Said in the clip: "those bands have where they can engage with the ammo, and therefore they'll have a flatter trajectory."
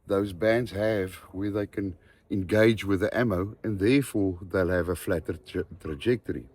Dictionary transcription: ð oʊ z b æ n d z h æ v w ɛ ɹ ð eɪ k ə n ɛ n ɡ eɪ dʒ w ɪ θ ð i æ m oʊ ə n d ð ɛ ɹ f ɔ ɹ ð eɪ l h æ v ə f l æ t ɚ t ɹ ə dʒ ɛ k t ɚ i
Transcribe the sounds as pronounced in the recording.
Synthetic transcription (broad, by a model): ð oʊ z b æ n d z h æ v w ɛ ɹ ð eɪ k ə n ɛ n ɡ eɪ dʒ w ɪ ð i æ m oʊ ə n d ð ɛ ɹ f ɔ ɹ ð eɪ l h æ v ə f l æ t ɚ t ɹ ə dʒ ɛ k t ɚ i